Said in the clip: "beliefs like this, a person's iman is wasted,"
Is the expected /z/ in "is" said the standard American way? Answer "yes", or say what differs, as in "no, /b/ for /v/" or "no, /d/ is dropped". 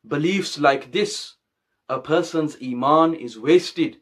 yes